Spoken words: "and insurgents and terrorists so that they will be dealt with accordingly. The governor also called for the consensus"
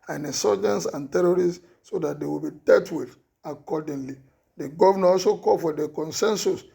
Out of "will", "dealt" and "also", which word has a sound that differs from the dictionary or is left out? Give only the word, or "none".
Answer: dealt